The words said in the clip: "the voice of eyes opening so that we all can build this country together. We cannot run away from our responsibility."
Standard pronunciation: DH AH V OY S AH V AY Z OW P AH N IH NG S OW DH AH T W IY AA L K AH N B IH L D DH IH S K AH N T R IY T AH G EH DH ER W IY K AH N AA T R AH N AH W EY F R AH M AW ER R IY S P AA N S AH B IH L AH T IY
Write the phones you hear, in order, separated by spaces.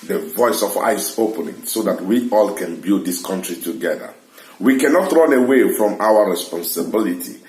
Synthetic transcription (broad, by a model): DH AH V OY S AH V AY S OW P AH N IH NG S OW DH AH T W IY AA L K AH N B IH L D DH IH S K AH N T R IY T AH G EH DH ER W IY K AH N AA T R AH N AH W EY F R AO M AW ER R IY S P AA N S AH B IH L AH T IY